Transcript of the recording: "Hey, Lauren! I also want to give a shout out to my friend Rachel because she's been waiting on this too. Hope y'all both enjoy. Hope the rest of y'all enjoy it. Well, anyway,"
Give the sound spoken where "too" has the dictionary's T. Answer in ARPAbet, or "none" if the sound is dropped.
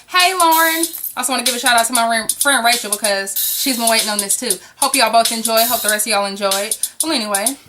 T